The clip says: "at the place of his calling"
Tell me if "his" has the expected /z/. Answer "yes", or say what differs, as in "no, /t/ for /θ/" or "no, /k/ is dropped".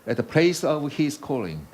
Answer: no, /s/ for /z/